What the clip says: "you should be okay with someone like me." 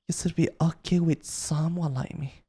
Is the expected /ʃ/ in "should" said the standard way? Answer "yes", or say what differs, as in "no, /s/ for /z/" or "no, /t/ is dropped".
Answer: no, /s/ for /ʃ/